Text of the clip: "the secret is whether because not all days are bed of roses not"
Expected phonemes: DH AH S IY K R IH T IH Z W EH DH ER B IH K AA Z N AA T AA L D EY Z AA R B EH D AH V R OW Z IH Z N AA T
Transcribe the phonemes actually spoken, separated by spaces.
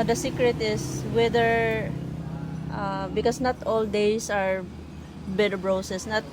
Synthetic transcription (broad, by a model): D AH S IY K R IH T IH S W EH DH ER B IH K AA S N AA T AA L D EY S AA R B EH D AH B R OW S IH S N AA T